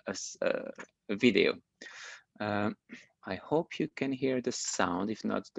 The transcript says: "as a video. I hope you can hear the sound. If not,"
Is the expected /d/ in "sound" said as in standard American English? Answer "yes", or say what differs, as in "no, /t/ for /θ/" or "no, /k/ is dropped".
yes